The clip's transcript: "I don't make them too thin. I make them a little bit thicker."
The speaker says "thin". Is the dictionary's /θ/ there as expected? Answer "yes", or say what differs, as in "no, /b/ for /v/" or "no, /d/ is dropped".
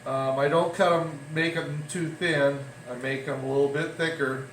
yes